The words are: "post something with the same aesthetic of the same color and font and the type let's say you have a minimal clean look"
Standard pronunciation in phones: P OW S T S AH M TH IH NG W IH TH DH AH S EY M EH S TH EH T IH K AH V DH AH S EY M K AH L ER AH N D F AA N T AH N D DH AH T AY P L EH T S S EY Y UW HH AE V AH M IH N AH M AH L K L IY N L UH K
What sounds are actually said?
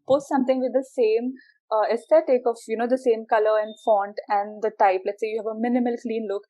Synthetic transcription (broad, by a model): P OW S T S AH M T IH NG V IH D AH S EY M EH S T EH T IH K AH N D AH S EY M K AH L ER AH N D F AA N T AH N D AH T AY P L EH T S S EY Y UW HH AE V AH M IH N AH M AH L K L IY N L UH K